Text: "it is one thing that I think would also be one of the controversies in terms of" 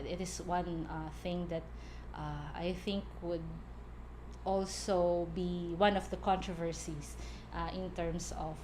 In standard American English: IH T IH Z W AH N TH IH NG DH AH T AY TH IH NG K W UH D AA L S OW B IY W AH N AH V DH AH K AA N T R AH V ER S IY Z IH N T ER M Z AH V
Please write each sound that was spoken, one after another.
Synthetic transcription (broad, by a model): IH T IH S W AH N TH IH NG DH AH T AY TH IH NG K W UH D AA L S OW B IY W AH N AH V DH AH K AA N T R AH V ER S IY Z IH N T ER M S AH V